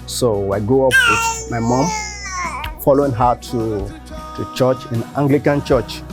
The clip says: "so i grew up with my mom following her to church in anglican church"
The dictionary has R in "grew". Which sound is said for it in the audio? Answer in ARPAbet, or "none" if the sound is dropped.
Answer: none